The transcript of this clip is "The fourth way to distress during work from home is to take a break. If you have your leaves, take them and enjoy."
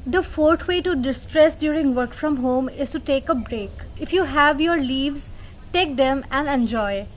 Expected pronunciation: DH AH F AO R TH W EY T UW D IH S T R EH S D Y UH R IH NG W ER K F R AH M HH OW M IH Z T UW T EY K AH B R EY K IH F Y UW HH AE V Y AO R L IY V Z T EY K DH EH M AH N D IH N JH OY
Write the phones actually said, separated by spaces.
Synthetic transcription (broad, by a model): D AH F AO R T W EY T UW D IH S T R EH S D Y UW R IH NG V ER K F R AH M HH OW M IH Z T UW T EY K AH B R EY K IH F Y UW HH AE V Y AO R L IY V Z T EY K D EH M AH N D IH N JH OY